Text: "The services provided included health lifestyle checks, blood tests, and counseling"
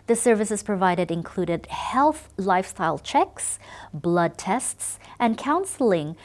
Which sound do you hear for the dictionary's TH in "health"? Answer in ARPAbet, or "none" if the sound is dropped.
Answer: TH